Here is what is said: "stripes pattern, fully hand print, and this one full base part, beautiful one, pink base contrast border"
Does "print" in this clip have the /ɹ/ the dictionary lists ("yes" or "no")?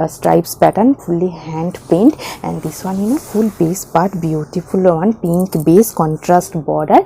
no